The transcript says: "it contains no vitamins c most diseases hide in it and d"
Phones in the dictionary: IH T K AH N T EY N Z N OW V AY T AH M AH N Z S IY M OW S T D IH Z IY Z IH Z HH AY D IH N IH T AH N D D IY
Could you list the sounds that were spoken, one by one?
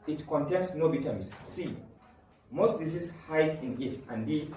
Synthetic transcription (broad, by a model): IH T K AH N T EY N S N OW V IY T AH M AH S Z S IY M OW S T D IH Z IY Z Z HH AY IH N IH T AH N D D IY